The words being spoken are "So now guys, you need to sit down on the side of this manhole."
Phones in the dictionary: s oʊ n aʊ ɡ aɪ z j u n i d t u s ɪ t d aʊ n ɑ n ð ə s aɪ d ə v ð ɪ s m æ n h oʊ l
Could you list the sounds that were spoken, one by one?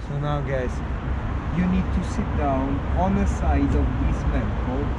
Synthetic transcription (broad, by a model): s oʊ n aʊ ɡ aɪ s j u n i d t u s ɪ t d aʊ n ɑ n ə s aɪ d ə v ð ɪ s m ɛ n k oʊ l